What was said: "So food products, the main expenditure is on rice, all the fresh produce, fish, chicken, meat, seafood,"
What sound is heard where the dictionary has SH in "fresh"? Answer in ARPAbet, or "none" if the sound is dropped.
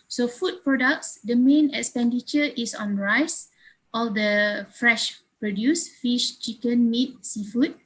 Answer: SH